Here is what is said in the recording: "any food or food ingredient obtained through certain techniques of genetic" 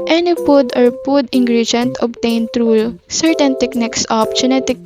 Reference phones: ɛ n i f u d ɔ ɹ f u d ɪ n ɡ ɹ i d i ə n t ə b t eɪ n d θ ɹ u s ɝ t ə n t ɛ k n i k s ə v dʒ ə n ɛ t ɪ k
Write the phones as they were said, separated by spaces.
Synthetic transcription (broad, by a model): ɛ n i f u d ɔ ɹ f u d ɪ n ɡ ɹ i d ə n t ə b t eɪ n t ɹ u s ɝ t ə n t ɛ k n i k s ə p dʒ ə n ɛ t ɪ k